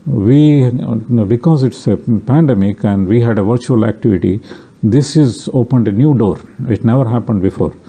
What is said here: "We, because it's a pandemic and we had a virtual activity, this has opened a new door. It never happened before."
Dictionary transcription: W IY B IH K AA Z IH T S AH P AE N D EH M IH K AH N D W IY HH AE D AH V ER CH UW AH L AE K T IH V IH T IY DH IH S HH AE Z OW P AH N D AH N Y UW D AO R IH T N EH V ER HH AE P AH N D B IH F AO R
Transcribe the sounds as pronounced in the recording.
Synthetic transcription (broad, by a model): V IY B IH K AA Z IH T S AH P AE N D EH M IH K AH N D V IY HH AE D AH V ER CH UW AH L AE K T IH V IH T IY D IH S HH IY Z OW P AH N D AH N Y UW D AO R IH T N EH V ER HH AE P AH N D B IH F AO R